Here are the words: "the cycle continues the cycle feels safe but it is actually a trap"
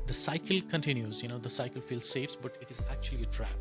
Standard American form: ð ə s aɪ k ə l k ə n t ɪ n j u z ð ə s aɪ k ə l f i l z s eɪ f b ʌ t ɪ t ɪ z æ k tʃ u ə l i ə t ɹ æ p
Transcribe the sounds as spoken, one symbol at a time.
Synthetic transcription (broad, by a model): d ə s aɪ k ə l k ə n t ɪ n j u z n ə s aɪ k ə l f i l z s eɪ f b ʌ t ɪ t ɪ z æ k tʃ u ə l i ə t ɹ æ